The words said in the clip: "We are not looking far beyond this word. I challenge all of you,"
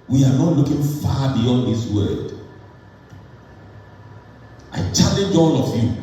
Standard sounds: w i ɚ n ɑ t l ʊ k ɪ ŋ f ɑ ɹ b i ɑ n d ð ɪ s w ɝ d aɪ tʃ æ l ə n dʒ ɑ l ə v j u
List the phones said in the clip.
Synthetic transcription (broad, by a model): w i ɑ n ɑ t l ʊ k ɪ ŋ f ɑ b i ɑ n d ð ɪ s w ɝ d aɪ tʃ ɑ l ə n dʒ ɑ n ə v j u